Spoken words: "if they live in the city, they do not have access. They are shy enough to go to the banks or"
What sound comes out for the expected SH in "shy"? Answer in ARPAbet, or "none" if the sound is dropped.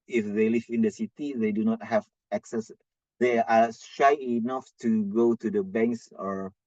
SH